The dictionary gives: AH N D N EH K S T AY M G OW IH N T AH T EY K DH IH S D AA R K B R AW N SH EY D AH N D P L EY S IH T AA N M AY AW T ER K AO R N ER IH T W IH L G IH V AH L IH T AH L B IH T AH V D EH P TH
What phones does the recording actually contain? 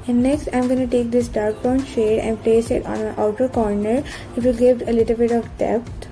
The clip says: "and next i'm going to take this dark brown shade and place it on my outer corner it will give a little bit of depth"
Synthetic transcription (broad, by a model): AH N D N EH K S T AY M G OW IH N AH T EY K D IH S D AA R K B AW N SH EY D AH N D P L EY S IH T AA N M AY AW T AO K AO R N ER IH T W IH L G IH V AH L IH T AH L B IH T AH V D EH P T